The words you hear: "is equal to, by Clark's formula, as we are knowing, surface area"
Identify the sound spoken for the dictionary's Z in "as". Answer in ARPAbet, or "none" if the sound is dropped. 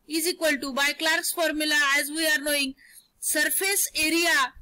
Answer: Z